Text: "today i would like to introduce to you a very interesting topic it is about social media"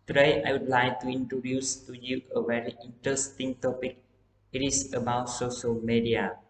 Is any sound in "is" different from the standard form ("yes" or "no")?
yes